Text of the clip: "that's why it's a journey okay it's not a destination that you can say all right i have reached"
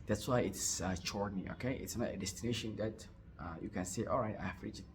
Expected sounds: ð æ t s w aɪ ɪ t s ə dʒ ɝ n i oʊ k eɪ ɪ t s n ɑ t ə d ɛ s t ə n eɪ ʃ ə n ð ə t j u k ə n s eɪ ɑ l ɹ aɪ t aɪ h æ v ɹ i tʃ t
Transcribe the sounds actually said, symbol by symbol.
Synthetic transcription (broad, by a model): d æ t s w aɪ ɪ t s ə tʃ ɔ n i oʊ k eɪ ɪ t s n ɑ t ə d ɛ s t ə n eɪ ʃ ə n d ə t j u k ə n s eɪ ɑ l ɹ aɪ t aɪ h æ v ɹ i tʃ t